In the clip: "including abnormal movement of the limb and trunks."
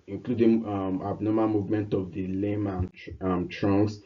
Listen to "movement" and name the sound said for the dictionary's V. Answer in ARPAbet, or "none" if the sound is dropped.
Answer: V